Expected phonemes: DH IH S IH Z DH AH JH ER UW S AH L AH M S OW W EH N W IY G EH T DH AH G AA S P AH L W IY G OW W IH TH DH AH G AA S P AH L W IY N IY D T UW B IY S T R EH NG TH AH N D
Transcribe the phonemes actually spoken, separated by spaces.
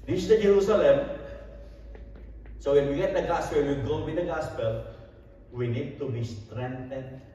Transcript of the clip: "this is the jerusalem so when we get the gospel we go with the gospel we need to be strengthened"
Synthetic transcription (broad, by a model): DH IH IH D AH JH ER UW S AH L AH M S OW W EH N W IY G EH T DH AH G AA S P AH N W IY G OW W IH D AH G AA S P AH L W IY N IY D T UW B IY S T R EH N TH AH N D